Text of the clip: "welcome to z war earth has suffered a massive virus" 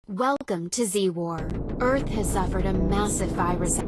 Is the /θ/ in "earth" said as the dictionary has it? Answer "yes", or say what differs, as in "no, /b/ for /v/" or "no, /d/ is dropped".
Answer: yes